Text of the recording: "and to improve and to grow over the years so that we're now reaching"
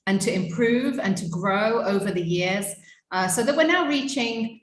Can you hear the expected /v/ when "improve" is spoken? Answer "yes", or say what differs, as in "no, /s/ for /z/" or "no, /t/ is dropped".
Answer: yes